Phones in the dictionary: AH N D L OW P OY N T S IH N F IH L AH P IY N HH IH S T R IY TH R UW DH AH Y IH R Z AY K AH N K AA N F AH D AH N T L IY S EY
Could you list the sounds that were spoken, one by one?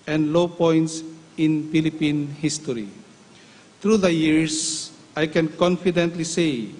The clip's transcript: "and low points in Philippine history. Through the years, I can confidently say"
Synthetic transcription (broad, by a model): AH N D L OW P OY N T S IH N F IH L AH P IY N HH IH S T R IY T R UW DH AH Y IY R S AY K AH N K AA N F AH D AH N T L IY S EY